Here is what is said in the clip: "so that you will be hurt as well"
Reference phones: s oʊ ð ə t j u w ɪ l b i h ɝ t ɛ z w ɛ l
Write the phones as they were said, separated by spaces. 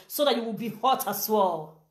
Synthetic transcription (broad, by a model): s oʊ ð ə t j u w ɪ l b i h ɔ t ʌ s w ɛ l